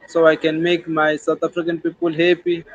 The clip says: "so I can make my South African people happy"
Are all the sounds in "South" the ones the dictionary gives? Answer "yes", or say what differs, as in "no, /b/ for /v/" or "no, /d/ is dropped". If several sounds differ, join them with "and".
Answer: no, /t/ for /θ/